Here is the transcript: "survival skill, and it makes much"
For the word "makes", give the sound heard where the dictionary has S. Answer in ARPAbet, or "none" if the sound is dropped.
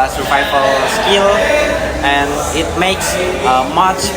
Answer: S